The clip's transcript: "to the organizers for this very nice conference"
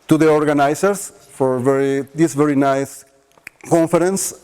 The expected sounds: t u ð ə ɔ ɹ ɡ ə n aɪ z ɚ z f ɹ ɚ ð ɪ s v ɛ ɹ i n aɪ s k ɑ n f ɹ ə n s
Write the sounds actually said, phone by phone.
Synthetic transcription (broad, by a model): t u ð ə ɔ ɹ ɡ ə n aɪ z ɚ s f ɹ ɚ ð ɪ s v ɛ ɹ i n aɪ s k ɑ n f ɹ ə n s